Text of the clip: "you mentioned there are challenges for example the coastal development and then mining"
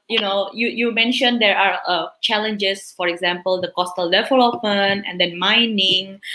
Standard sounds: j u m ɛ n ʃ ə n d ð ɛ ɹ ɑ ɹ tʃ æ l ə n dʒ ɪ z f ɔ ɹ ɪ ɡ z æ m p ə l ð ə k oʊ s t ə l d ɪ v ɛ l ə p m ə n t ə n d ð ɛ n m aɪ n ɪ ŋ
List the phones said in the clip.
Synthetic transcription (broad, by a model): j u m ɛ n ʃ ə n d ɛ ɹ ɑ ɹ tʃ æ l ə n dʒ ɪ s f ɔ ɹ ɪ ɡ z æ m p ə l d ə k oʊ s t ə l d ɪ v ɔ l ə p ə n ə n d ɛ n m aɪ n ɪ ŋ